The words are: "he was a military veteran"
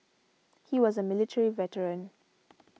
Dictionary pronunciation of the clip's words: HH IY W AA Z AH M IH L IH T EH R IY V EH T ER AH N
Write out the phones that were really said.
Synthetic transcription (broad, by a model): HH IY W AA Z AH M IH L IH T EH R IY V EH T ER AH N